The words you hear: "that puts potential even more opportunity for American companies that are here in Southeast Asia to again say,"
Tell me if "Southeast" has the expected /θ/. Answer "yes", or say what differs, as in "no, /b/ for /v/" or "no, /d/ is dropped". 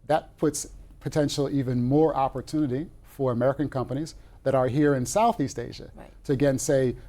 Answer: yes